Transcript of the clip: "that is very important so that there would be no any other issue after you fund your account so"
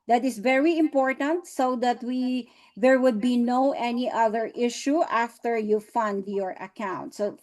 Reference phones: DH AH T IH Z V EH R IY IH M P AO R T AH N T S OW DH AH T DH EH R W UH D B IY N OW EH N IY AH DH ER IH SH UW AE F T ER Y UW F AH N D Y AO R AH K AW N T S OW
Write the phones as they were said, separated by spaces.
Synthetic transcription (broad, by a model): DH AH T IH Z V EH R IY IH M P AO R T AH N T S OW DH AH T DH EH R W UH D B IY N OW EH N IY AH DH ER IH SH UW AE F T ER Y UW F AH N D Y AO R AH K AW N T S OW